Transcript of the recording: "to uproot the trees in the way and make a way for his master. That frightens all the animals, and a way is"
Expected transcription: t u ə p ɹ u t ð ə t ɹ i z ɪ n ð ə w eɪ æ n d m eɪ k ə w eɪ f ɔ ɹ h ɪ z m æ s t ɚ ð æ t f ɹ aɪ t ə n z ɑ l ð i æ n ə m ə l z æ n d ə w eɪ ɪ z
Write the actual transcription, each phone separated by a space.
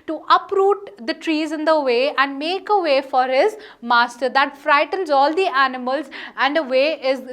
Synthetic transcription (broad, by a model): t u ə p ɹ u t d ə t ɹ i z ɪ n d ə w eɪ æ n d m eɪ k ə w eɪ f ɔ ɹ h ɪ z m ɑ s t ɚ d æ t f ɹ aɪ t ə n z ɑ l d i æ n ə m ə l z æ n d ə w eɪ ɪ z